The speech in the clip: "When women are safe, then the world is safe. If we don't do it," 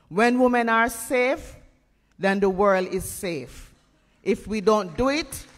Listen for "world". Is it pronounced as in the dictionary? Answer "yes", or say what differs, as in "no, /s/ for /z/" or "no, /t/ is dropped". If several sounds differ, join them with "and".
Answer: yes